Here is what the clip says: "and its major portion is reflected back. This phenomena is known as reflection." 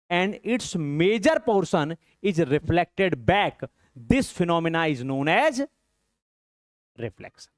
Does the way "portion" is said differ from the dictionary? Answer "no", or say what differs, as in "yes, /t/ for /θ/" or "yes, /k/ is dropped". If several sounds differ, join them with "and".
yes, /s/ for /ʃ/